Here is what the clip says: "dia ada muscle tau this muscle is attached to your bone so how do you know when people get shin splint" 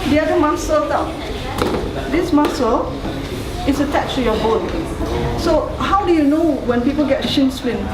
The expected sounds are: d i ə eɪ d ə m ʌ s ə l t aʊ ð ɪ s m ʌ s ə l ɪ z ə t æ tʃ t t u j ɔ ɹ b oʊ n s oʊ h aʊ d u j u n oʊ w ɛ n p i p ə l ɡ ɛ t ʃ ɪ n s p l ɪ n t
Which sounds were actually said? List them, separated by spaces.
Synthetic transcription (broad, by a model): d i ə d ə m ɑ s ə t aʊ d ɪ s m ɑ s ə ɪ s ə t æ tʃ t t u j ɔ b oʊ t s oʊ h aʊ d u j u n oʊ w ɛ n p i p ə l ɡ ɛ t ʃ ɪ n s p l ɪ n